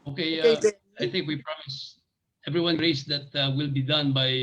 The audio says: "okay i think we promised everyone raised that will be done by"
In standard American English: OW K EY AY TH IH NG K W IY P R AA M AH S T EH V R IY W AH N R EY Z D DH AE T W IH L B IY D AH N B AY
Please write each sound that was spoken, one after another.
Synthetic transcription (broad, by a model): OW K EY AY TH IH NG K W IY P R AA M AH S EH V R IY W AH N R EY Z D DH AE T W IH L B IY D AH N B AY